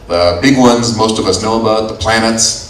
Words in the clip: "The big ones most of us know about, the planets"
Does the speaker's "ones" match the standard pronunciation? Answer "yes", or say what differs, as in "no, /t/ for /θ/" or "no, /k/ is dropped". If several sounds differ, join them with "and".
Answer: yes